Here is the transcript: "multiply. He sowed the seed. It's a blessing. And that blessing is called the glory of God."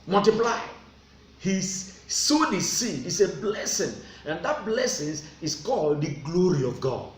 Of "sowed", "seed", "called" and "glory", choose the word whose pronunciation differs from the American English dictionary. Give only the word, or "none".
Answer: seed